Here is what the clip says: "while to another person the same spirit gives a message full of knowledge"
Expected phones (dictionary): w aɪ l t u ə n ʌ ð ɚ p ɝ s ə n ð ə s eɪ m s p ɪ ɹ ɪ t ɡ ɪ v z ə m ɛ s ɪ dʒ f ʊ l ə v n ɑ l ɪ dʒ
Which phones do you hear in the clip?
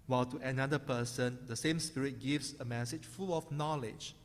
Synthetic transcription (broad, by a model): w aɪ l t u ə n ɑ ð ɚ p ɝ s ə n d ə s eɪ m s p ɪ ɹ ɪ t ɡ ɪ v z ə m ɛ s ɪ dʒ f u l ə f n ɑ l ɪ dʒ